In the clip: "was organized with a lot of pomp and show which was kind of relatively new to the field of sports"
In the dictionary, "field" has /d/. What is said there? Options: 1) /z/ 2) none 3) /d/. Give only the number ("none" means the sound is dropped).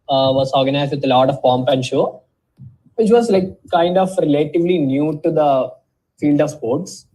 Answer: 3